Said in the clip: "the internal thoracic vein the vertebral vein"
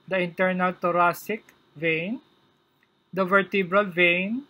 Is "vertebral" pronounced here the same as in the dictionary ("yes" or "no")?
yes